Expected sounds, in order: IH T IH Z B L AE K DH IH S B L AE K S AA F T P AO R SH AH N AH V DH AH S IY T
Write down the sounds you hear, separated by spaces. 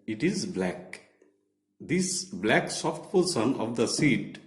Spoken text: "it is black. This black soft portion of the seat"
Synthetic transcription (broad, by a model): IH T IH Z B L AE K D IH S B L AE K S AA F T P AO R S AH N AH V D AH S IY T